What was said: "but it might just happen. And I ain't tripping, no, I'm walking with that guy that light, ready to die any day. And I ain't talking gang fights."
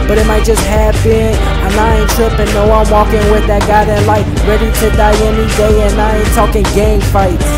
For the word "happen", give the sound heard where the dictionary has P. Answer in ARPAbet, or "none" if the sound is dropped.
B